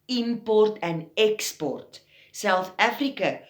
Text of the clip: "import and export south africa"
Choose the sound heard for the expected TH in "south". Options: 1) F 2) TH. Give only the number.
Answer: 1